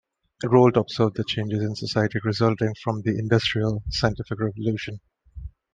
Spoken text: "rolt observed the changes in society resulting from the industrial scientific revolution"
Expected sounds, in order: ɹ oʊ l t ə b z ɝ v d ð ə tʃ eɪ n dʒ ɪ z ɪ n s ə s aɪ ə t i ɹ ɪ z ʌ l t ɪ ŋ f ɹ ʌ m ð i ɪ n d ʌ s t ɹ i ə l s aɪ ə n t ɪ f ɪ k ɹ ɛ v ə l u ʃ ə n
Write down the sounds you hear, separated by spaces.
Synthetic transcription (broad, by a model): ɹ oʊ l t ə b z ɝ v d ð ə tʃ eɪ n dʒ ɪ z ɪ n s ə s aɪ ə t i ɹ ɪ z ʌ l t ɪ ŋ f ɹ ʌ m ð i ɪ n d ʌ s t ɹ i ə l s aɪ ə n t ɪ f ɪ k ɹ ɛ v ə l u ʃ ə n